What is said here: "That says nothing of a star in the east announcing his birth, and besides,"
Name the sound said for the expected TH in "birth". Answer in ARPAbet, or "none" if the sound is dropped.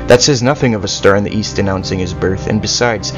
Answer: TH